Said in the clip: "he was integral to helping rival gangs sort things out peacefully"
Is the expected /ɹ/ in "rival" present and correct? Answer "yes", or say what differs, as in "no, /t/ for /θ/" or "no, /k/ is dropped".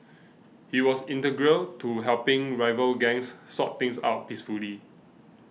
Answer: yes